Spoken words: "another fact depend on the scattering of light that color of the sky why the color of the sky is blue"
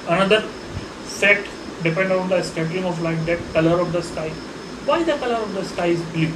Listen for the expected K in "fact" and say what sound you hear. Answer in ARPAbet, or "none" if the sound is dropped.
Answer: none